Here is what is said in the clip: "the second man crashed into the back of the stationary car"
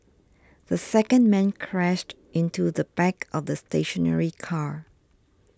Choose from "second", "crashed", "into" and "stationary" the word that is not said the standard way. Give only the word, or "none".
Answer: none